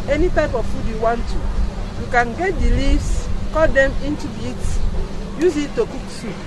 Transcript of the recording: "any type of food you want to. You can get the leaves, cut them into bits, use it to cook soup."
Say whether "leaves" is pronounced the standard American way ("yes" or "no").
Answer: no